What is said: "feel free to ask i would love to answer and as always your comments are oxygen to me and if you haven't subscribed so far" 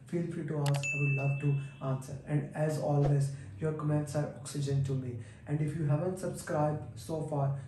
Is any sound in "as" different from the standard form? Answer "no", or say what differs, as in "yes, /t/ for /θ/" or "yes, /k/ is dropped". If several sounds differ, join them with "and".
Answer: no